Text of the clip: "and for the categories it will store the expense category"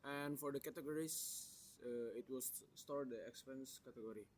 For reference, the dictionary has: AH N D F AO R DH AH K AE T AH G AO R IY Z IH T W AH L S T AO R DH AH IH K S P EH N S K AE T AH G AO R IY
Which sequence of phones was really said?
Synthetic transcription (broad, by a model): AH N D F AO R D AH K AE T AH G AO R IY S IH T W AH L S T AO R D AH IH K S P EH N S K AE T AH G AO R IY